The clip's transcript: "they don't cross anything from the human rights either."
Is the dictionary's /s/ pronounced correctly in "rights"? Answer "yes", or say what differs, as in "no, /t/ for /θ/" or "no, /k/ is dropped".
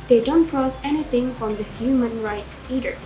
yes